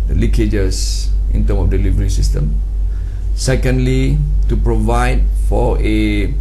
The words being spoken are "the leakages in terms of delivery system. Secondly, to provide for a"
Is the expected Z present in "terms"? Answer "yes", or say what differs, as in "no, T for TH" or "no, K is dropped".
no, Z is dropped